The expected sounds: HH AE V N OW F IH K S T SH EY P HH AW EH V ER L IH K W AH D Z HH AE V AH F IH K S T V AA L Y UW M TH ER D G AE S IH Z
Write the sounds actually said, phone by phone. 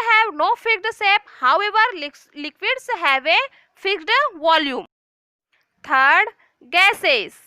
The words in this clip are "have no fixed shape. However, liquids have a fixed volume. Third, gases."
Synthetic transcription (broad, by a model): HH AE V N OW F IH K T S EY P HH AW EH V ER L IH K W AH D S HH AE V AH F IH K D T V AA L Y UW M T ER D G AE S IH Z